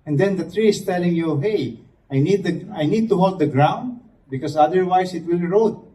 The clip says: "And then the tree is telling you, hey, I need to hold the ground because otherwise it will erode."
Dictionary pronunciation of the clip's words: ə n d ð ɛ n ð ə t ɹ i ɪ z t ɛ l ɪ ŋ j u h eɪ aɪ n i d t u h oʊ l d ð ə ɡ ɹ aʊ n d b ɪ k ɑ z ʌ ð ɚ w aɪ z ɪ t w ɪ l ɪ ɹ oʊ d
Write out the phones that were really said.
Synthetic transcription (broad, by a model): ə n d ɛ n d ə t ɹ i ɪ s t ɛ l ɪ ŋ j u h eɪ aɪ n i d t u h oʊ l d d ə ɡ ɹ aʊ n d b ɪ k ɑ s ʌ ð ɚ w aɪ s ɪ t w ɪ l ɹ oʊ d